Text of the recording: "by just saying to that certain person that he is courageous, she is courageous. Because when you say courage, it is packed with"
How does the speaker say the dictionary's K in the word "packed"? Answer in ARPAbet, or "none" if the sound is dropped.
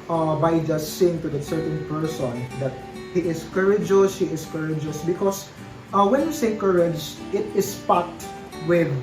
none